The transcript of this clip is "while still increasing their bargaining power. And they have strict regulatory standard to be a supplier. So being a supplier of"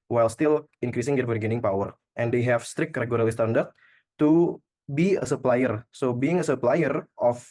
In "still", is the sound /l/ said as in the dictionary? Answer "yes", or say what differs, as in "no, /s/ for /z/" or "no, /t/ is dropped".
yes